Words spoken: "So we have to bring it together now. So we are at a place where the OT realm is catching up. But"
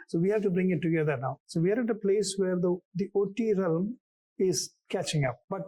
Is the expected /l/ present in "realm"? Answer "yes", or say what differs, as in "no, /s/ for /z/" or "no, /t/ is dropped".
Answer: yes